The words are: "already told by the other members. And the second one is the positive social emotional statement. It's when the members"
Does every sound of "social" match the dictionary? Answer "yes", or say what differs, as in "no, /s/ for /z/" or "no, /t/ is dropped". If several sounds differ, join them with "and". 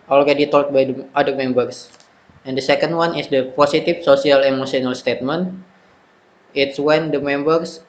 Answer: no, /s/ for /ʃ/